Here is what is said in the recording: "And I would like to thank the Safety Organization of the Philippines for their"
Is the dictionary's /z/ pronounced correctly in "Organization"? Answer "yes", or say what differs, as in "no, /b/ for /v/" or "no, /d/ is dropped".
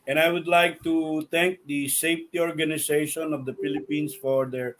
no, /s/ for /z/